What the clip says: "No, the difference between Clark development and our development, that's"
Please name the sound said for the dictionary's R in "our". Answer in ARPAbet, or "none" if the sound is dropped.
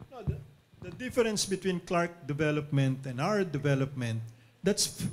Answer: W